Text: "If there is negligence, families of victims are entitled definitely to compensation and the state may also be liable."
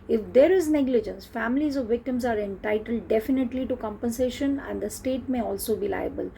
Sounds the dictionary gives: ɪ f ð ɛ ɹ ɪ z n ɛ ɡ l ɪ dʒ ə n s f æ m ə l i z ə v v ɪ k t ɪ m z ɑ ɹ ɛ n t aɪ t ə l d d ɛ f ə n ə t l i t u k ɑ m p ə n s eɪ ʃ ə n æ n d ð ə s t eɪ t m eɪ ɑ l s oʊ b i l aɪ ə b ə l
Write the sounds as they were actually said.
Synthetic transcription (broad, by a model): ɪ f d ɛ ɹ ɪ z n ɛ ɡ l ɪ dʒ ə n s f æ m ə l i z ə v v ɪ k t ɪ m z ɑ ɹ ɛ n t aɪ t ə l d d ɛ f ə n ə t l i t u k ɑ m p ə n s eɪ ʃ ə n æ n d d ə s t eɪ t m eɪ ɑ l s oʊ b i l aɪ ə b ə l